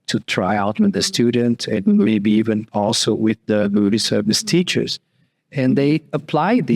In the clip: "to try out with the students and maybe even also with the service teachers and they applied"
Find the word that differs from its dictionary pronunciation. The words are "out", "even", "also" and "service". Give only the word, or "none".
none